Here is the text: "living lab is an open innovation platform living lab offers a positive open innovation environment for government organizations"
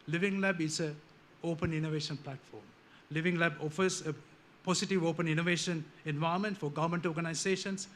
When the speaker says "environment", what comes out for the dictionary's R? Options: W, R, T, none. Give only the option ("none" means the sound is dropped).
none